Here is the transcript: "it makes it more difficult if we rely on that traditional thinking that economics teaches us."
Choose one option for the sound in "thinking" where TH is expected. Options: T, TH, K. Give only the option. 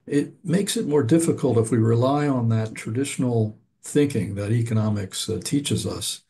TH